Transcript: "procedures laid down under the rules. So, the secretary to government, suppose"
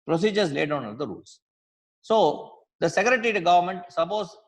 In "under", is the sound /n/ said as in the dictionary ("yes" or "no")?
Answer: no